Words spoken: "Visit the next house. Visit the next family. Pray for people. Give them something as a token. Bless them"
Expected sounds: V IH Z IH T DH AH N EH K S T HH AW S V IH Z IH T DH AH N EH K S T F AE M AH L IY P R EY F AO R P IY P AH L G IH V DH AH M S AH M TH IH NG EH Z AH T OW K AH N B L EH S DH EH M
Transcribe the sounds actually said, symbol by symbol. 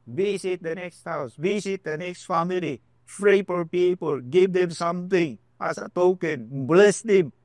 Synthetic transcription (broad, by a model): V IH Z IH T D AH N EH K S T HH AW S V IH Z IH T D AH N EH K S T F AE M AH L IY F R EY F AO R P IY P AH L G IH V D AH M S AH M T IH NG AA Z AH T OW K AH N B L EH S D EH M